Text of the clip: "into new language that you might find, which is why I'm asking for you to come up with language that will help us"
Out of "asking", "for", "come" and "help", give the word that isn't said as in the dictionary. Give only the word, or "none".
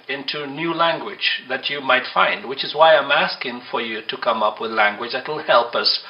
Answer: none